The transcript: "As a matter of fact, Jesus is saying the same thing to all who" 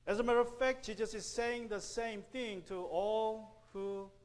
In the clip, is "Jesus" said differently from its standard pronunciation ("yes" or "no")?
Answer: yes